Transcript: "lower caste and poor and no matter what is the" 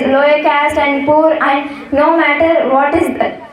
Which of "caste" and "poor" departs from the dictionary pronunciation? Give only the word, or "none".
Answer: none